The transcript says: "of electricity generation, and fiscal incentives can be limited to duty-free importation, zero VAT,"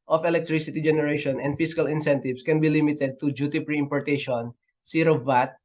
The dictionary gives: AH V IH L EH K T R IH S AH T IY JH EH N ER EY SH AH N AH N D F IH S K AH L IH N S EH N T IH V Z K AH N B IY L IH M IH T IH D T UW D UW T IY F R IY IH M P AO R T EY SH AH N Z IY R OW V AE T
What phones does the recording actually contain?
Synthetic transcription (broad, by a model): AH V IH L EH K T R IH S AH T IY JH EH N ER EY SH AH N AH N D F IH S K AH L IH N S EH N T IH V S K AH N B IY L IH M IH T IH D T UW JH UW T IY P R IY IH M P AO R T EY SH AH N S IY R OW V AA T